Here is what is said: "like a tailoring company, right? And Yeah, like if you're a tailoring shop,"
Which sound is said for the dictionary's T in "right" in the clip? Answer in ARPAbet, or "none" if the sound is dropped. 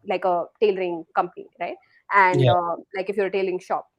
T